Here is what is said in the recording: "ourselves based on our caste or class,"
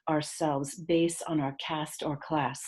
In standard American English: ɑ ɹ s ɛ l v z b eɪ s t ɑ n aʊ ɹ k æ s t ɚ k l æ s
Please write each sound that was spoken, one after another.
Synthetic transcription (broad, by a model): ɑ ɹ s ɛ l v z b eɪ s t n aʊ ɹ k æ s t ɚ k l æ s